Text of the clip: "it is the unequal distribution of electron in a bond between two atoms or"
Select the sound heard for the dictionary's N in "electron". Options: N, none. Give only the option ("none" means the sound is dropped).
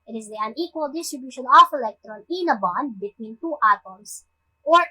N